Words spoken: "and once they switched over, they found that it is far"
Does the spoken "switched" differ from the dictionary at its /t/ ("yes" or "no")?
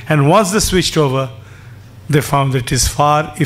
no